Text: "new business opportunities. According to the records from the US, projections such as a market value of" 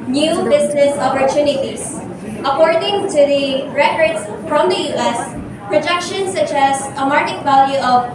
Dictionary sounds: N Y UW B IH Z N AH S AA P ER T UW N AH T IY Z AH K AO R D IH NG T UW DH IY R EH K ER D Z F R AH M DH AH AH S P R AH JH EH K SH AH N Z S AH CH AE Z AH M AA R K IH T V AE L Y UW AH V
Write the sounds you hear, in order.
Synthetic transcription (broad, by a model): N Y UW B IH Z N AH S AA P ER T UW N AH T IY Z AH K AO R D IH NG T UW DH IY R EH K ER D S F R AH M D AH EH S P R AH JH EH K SH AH N S AH CH AE Z AH M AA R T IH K V AE L Y UW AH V